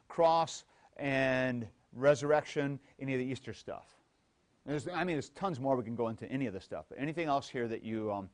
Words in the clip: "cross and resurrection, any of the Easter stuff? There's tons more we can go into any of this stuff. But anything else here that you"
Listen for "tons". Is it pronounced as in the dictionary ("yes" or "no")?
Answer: yes